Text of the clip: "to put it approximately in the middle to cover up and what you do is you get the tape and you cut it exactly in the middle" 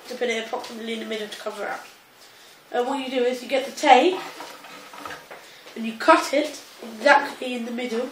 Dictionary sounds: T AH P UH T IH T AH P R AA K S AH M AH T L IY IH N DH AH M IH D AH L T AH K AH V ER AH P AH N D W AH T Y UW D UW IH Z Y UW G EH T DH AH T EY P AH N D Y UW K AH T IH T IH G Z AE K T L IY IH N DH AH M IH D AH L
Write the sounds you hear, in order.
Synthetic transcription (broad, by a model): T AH P UH T IH T AH P R AA K S AH M AH T L IY IH N DH AH M IH D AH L T AH K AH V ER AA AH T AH W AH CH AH D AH IH Z Y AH G EH T DH AH T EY AH N Y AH K AH T IH T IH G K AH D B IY IH N DH AH M IH D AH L